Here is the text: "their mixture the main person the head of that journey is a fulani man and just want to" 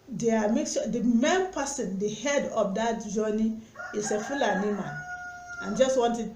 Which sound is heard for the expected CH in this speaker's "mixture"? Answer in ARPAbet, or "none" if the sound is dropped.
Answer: none